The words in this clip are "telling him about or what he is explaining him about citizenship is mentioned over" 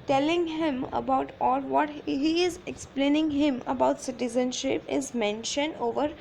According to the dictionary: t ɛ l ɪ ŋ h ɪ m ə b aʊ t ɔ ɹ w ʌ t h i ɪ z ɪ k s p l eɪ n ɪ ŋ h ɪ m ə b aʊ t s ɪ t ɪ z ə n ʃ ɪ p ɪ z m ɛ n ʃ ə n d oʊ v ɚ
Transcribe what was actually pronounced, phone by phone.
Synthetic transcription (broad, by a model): t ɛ l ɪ ŋ h ɪ m ə b aʊ t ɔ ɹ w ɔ t h i ɪ z ɪ k s p l eɪ n ɪ ŋ h ɪ m ə b aʊ t s ɪ t ɪ z ə n ʃ ɪ p ɪ z m ɛ n ʃ ə n d oʊ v ɚ